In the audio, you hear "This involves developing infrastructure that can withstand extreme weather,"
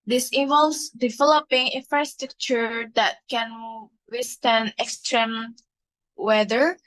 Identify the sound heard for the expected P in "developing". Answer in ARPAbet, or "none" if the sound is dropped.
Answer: P